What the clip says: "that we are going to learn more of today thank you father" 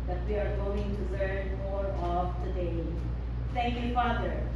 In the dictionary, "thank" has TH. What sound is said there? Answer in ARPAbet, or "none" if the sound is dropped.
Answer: T